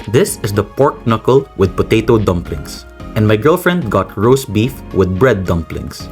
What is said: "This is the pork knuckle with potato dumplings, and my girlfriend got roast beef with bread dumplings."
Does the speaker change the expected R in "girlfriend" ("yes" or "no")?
no